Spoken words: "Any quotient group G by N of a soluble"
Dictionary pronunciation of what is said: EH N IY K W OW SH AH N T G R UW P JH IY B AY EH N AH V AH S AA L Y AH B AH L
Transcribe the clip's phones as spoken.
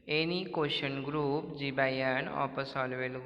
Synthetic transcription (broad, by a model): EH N IY K OW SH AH N G R UW P JH IY B AY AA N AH P AH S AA L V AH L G